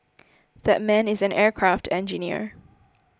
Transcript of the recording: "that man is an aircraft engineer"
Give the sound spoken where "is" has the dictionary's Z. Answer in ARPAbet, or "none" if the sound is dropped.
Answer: Z